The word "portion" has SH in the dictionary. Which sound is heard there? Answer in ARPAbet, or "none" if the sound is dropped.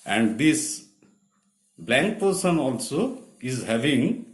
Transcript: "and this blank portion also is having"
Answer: S